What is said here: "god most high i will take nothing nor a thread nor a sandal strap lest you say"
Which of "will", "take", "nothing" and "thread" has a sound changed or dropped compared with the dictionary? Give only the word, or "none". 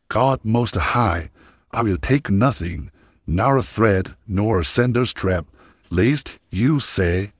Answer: none